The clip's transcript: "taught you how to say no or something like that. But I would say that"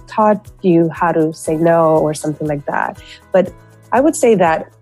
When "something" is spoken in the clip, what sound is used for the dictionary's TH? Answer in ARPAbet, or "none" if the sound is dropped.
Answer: TH